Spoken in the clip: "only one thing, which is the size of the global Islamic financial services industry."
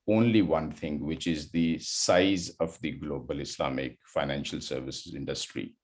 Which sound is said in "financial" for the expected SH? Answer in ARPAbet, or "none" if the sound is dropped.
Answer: SH